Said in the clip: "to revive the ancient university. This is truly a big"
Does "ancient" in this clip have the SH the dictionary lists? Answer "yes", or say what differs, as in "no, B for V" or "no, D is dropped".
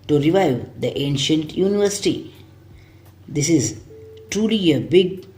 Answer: yes